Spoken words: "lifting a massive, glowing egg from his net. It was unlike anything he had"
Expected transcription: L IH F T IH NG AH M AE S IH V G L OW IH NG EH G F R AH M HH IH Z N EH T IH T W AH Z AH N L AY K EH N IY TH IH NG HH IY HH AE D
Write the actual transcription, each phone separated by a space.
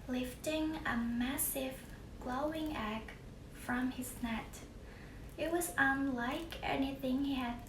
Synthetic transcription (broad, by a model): L IH F T IH NG AH M AE S IH V G L OW IH NG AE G F R AH M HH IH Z N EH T IH T W AH Z AH N L AY K EH N IY TH IH NG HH IY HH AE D